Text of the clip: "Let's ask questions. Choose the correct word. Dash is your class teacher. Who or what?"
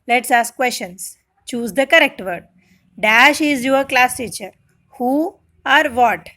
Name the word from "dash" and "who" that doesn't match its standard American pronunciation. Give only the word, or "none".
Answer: none